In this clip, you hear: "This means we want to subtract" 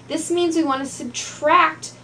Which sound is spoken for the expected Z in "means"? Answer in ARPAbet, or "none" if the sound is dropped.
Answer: Z